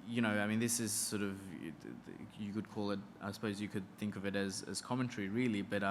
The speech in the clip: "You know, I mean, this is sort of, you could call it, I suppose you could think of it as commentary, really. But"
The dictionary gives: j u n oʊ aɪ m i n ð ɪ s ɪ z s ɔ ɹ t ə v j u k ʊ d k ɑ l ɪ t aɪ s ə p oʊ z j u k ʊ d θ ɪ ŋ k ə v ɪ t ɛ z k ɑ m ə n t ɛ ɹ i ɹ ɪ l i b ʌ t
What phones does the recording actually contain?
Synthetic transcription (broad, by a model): j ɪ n oʊ aɪ m i n ð ɪ s ɪ z s ɔ ɹ t ə v j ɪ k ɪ d k ɑ l ɪ t aɪ s ə p oʊ z j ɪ k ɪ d θ ɪ ŋ k ə v ɪ t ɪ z k ɑ m ə n t ɛ ɹ i ɹ ɪ l i b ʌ t